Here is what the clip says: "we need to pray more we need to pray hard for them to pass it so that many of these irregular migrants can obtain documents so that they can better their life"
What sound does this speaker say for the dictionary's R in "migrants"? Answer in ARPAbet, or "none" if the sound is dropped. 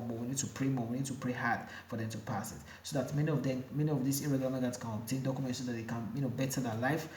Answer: L